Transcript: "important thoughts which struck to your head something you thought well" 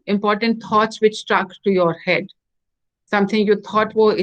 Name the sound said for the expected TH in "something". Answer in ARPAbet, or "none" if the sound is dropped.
T